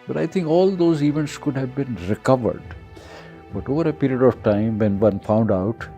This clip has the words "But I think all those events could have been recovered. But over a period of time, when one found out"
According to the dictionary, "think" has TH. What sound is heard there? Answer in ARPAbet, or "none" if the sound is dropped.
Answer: T